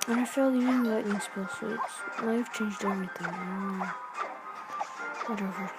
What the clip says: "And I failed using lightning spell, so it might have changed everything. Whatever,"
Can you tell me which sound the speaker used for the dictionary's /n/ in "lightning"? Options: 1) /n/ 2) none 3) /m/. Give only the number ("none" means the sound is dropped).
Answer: 2